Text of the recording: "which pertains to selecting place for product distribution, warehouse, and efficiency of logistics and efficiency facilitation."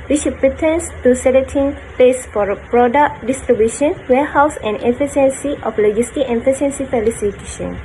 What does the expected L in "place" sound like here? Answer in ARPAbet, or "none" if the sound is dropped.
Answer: none